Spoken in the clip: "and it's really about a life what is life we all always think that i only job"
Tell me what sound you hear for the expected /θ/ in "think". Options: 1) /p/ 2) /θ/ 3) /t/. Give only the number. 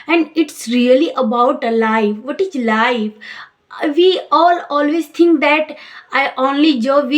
3